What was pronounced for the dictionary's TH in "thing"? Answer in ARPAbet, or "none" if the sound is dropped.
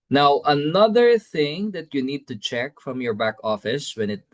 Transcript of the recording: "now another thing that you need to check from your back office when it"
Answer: TH